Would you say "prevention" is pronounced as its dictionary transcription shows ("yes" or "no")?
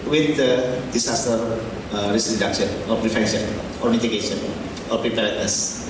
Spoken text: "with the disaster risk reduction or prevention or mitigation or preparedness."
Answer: no